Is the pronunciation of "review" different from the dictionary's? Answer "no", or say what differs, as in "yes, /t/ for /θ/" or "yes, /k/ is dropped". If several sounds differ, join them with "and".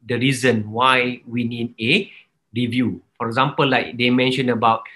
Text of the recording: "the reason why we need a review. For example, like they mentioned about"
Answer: no